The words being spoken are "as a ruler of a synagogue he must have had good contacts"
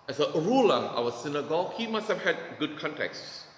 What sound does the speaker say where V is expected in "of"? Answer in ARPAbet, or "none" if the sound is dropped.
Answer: W